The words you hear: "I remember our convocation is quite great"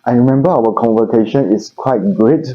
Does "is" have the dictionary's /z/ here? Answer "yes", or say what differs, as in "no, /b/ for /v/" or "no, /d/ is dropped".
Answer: no, /s/ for /z/